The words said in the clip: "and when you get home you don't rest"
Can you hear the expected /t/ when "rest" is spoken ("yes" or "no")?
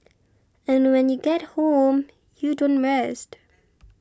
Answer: yes